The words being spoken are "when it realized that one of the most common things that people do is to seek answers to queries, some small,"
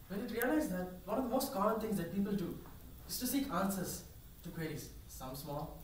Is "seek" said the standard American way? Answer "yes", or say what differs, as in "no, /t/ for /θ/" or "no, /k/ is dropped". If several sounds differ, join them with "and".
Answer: yes